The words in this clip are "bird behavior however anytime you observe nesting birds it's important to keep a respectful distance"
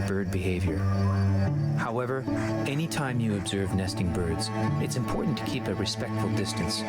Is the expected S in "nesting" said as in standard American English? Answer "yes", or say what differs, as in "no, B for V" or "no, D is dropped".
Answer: yes